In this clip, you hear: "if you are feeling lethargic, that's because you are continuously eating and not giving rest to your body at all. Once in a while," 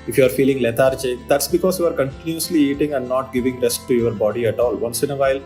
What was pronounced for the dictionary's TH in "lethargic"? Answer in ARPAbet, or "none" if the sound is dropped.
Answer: T